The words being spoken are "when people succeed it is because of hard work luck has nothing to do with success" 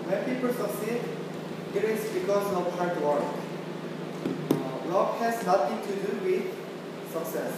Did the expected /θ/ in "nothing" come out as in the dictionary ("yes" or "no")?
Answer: no